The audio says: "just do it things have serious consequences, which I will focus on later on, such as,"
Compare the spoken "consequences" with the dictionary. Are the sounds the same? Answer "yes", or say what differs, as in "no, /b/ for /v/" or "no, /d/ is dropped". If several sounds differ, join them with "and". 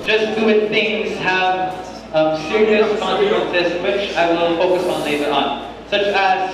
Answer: no, /s/ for /z/